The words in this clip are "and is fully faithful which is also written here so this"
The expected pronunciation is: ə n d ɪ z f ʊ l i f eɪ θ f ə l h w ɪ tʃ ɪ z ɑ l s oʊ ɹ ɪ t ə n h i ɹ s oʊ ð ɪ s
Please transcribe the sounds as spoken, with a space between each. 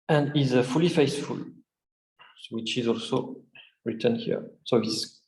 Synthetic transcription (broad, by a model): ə n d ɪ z f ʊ l i f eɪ s f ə l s w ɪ tʃ ɪ z ɑ l s oʊ ɹ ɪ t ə n h i ɹ s oʊ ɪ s